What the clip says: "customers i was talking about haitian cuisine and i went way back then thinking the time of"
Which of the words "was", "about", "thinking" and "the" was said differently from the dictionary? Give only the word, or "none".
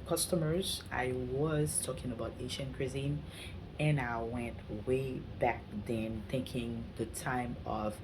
none